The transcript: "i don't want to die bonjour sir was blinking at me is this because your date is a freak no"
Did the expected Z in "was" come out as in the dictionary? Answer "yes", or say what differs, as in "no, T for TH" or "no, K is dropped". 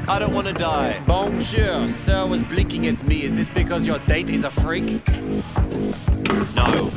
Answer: yes